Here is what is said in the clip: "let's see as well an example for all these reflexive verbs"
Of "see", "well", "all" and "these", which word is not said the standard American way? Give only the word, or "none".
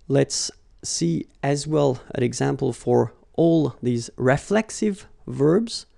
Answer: none